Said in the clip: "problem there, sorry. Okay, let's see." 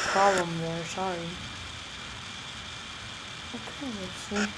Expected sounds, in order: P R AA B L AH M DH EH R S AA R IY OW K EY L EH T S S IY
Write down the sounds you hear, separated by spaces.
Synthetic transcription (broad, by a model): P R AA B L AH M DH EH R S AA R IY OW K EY N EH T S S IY